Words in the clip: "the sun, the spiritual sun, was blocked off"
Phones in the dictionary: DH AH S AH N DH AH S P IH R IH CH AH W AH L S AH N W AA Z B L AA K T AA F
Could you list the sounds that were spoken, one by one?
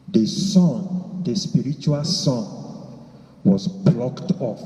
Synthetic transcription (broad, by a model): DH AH S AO N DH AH S P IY R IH CH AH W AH L S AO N W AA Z B L AA K T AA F